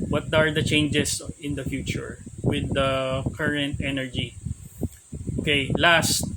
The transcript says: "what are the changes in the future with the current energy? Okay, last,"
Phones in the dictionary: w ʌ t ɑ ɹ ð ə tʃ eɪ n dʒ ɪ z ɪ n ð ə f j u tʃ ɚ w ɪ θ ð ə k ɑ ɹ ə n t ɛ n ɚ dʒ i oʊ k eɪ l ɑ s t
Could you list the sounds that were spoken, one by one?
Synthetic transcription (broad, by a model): w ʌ t ɑ ɹ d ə tʃ eɪ n dʒ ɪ s ɪ n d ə f j u tʃ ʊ w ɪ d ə k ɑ ɹ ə n t ɛ n ɚ dʒ i oʊ k eɪ l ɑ s t